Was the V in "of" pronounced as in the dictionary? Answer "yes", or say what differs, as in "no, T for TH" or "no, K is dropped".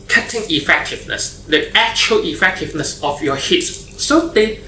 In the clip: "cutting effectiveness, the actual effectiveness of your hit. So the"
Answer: no, F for V